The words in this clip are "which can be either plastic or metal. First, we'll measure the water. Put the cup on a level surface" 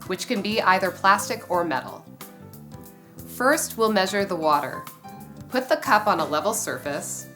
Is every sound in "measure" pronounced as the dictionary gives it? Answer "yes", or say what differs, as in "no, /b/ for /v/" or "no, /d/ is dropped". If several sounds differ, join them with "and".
yes